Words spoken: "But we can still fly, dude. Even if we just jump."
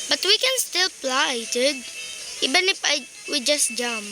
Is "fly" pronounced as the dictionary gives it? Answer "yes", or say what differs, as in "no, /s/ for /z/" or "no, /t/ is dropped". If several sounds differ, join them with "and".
no, /p/ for /f/